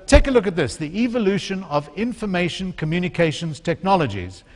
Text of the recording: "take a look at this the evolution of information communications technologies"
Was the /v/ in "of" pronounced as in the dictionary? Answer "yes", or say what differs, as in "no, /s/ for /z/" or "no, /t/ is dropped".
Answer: yes